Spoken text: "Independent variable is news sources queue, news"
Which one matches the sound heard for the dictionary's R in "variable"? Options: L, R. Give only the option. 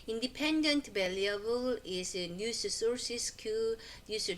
L